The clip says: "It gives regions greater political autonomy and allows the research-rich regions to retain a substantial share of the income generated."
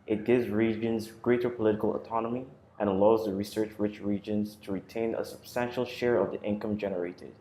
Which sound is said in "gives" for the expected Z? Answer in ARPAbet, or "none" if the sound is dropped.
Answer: Z